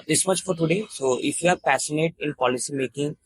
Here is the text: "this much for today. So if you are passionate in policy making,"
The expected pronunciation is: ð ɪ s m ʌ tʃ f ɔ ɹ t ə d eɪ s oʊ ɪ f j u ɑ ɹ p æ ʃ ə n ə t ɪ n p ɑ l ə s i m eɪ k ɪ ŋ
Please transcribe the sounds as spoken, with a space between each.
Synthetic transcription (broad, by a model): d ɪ s m ʌ tʃ f ɔ ɹ t ə d eɪ s oʊ ɪ f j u ɑ ɹ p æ s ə n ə t ɪ n p ɑ l ə s i m eɪ k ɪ ŋ